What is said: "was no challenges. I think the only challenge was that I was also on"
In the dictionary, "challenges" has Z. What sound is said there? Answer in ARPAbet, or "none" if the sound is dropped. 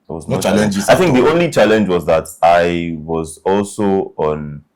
none